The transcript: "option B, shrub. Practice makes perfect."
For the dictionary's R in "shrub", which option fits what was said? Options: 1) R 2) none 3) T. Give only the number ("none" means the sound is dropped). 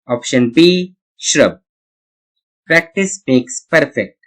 1